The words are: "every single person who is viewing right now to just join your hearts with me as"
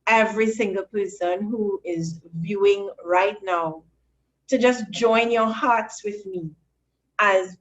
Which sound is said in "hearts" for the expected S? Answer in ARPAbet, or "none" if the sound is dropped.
S